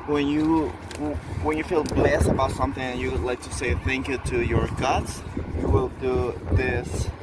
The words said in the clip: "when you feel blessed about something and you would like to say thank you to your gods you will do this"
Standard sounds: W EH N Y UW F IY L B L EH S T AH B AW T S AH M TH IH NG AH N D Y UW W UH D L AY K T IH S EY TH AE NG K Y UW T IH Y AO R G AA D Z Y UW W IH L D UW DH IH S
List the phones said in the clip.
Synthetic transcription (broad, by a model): W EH N Y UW F IY L B L EH S T AH B AW T S AH M TH IH NG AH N Y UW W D L AY K T IH S EY TH AE NG K Y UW T IH Y AO R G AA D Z Y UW W IH L D UW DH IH S